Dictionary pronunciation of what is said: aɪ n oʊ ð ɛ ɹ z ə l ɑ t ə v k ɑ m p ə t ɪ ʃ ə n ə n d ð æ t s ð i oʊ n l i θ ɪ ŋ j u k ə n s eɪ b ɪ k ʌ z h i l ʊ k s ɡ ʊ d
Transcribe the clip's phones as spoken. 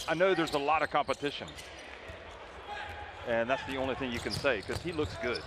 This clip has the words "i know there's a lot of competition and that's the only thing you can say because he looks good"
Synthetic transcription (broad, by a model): aɪ n oʊ ð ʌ ɹ z ə l ɑ t ə v k ɑ m p ə t ɪ ʃ ə n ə n ð æ t s ð i oʊ n l i θ ɪ ŋ j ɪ k ə n s eɪ ɪ k ʌ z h i l ʊ k s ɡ ʊ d